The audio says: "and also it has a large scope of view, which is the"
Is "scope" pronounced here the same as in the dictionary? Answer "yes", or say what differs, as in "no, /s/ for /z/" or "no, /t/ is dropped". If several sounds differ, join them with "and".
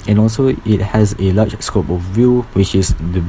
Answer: yes